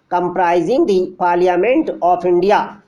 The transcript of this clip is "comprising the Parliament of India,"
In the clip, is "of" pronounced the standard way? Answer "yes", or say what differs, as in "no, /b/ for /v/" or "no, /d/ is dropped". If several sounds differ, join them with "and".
no, /p/ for /v/